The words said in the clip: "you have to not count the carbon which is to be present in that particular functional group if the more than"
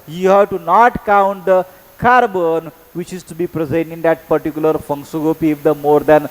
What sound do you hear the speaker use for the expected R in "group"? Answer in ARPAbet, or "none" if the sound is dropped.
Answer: none